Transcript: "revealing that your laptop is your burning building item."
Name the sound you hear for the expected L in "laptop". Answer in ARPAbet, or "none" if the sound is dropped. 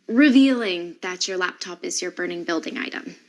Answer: L